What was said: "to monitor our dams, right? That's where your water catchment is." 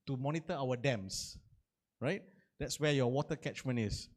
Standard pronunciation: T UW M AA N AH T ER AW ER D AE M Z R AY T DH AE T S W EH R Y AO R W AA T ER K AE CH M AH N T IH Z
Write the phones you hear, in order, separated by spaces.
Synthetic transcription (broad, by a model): T UW M AA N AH T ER AW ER D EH M S R AY T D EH T S W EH Y AO W AA T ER K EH CH M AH N IH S